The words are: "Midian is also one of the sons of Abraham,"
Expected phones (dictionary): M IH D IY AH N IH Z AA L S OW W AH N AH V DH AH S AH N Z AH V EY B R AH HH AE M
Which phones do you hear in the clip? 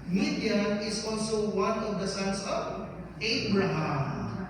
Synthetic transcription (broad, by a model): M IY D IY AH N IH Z AA L S OW W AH N AH V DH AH S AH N S AH V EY B R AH HH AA M